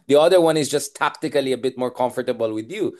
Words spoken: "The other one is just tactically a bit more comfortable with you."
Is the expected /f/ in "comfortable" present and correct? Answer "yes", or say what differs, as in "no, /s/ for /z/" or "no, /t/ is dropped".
yes